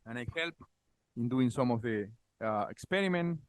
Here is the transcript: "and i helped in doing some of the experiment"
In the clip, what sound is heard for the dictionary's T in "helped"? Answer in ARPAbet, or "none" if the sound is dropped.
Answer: none